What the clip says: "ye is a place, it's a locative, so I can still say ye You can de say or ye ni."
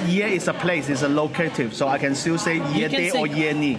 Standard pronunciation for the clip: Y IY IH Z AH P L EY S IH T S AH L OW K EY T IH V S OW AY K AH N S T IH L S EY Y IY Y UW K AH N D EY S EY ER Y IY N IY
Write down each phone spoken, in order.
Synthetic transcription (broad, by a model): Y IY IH S AH P L EY S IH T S AH L OW K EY T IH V S OW AY K AH N S T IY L S EY Y IY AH D EY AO Y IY N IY